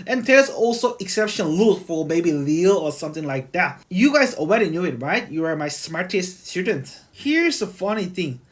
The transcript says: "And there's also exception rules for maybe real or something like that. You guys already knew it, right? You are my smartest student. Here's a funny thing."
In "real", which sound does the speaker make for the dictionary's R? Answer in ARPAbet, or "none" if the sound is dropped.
L